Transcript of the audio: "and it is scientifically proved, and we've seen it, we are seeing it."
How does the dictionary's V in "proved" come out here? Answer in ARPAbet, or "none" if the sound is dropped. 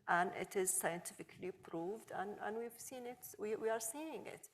V